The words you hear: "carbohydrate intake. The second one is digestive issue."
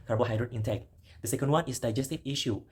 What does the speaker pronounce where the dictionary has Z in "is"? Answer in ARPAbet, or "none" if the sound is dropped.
S